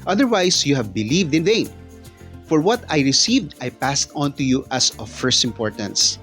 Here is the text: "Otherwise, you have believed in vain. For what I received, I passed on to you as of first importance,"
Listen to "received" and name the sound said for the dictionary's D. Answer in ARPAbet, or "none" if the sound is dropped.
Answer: D